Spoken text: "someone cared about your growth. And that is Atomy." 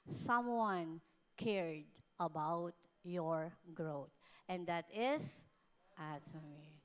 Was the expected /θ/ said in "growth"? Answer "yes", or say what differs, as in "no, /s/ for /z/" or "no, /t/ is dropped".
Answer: no, /t/ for /θ/